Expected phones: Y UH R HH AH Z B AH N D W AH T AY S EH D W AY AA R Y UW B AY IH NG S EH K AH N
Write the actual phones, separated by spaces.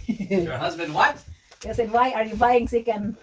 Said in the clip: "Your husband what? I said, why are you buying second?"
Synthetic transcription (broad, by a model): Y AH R HH AH Z B AH N D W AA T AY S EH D W AY AA R Y UW B AY IH NG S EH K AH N